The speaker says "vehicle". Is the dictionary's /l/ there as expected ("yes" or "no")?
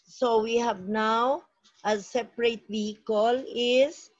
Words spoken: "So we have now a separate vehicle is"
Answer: yes